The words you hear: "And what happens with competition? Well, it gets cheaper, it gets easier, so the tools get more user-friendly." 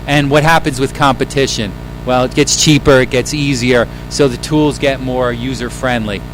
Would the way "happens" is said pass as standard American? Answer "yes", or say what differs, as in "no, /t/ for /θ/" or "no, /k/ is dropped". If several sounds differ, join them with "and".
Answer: yes